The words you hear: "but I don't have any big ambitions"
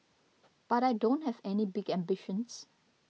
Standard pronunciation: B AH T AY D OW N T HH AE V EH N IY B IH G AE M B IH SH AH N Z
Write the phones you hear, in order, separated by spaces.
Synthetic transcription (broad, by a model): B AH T AY D OW N T HH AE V EH N IY B IH G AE M B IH SH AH N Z